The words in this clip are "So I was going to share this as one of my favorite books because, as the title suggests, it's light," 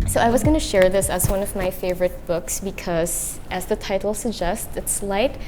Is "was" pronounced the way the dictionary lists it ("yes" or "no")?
yes